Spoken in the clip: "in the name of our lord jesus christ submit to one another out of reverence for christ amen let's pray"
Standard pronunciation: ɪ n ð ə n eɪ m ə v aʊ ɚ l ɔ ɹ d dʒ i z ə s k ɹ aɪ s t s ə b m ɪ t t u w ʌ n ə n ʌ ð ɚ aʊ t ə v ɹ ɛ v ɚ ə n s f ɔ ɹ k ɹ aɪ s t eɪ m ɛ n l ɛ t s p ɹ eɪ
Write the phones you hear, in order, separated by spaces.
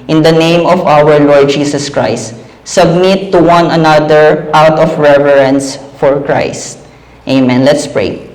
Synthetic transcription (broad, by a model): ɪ n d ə n eɪ m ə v aʊ ɚ l ɔ ɹ d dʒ i s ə s k ɹ aɪ s t s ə b m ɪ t t u w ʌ n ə n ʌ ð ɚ aʊ t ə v ɹ ɛ v ɚ ə n s f ɔ ɹ k ɹ aɪ s t eɪ m ɛ n l ɛ t s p ɹ eɪ